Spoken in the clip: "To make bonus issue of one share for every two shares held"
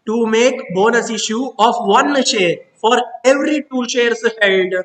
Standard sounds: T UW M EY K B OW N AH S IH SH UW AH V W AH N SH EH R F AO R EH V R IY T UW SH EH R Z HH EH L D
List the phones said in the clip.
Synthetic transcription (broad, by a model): T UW M EY K B OW N AH S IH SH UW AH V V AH N SH EH R F AO R EH V R IY T UW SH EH R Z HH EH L D